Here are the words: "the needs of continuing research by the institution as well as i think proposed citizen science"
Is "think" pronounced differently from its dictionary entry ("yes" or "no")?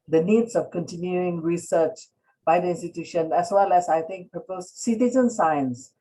yes